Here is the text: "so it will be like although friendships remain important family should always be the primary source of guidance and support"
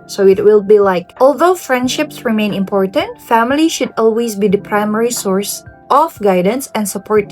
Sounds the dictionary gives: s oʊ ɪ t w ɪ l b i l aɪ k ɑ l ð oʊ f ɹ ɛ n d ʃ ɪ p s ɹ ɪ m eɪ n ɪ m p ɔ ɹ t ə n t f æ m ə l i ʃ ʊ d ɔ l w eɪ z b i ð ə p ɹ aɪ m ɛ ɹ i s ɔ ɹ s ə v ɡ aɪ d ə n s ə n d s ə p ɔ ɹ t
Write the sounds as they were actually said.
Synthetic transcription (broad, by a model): s oʊ ɪ t w ɪ l b i l aɪ k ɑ l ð oʊ f ɹ ɛ n d ʃ ɪ p s ɹ ɪ m eɪ n ɪ m p ɔ ɹ t ə n t f æ m ə l i ʃ ʊ d ɔ l w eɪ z b i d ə p ɹ aɪ m ɛ ɹ i s ɔ ɹ s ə f ɡ aɪ d ə n s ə n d s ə p ɔ ɹ t